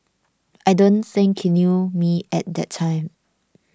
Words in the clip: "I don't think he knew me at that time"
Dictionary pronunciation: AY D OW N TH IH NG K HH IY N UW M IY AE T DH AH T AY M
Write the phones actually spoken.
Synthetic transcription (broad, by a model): AY D OW N S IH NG K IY N UW M IY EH T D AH T AY M